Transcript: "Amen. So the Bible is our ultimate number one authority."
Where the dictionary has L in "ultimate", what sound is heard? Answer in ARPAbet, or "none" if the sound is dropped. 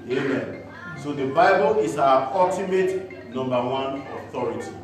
none